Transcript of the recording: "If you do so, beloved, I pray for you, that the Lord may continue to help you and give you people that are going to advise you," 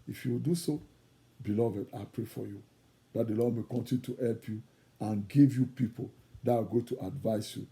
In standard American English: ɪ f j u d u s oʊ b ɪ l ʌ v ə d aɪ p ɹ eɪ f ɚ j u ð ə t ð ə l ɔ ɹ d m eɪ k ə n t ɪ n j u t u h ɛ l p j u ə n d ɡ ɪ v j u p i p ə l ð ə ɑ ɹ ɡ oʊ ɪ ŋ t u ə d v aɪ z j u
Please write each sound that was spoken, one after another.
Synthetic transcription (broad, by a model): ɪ f j u d u s oʊ b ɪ l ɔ v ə d aɪ p ɹ eɪ f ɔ j u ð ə t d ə l ɔ d m eɪ k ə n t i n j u t u h ɛ l p j u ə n ɡ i v j u p i p ə l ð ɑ w ɡ oʊ t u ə d v aɪ s j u